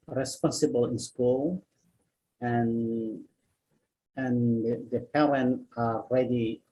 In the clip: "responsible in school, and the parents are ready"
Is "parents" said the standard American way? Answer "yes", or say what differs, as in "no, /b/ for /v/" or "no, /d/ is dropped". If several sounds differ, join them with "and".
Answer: no, /s/ is dropped